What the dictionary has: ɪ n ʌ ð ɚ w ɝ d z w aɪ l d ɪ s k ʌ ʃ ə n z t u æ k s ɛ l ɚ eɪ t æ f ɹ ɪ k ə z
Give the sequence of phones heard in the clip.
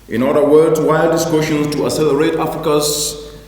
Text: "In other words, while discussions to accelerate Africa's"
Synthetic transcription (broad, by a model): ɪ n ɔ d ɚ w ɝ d w aɪ l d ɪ s k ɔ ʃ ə n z t u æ s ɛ l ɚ eɪ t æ f ɹ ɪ k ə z